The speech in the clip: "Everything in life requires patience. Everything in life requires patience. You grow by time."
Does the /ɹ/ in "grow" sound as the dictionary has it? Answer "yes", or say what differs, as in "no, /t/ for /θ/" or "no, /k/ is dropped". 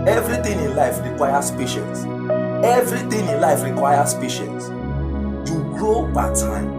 yes